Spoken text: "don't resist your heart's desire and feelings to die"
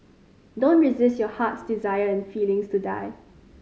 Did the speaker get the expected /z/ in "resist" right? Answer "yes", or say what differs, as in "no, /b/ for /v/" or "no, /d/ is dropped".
yes